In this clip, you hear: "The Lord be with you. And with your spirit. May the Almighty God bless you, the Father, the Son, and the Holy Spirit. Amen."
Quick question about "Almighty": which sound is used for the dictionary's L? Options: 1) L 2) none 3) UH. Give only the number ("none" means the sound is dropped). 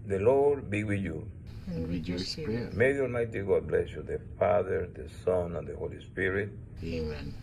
2